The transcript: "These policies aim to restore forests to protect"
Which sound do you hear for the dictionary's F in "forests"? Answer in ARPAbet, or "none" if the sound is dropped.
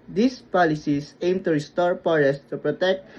P